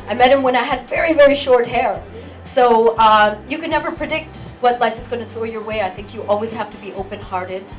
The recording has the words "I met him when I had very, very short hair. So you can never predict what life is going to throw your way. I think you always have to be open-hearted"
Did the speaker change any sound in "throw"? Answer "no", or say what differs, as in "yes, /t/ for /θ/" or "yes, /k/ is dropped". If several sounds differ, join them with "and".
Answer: no